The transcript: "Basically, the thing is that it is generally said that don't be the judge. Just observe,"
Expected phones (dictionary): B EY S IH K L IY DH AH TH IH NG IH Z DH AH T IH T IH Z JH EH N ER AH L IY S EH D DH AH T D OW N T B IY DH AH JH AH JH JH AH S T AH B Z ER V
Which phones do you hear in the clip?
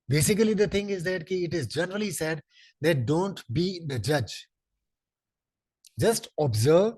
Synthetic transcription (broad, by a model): B EY S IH K L IY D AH T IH NG IH Z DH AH T IH T IH Z JH EH N ER AH L IY S EH D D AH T D OW N T B IY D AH JH AH JH JH AH S T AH B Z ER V